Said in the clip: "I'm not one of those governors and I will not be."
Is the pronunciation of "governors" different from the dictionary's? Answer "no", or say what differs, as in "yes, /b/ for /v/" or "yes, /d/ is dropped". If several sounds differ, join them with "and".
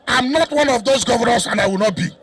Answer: yes, /s/ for /z/